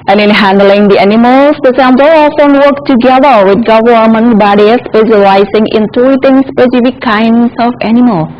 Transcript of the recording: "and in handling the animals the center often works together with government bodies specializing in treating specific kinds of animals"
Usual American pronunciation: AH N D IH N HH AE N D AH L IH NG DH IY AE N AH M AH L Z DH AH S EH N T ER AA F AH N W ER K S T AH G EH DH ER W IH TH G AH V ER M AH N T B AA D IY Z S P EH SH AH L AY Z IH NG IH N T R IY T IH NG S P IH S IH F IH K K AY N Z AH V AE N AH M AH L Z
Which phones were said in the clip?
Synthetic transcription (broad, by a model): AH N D IH N HH AE N D AH L IH NG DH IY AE N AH M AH L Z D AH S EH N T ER AA F AH N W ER K T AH G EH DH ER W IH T G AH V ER M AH N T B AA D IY S P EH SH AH L AY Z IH NG IH N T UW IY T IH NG S P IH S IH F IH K K AY N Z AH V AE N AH M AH L